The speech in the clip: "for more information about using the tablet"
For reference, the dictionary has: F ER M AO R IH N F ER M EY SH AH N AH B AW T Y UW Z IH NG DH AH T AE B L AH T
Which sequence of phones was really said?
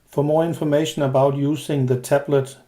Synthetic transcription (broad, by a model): F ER M AO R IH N F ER M EY SH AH N AH B AW T Y UW S IH NG DH AH T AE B L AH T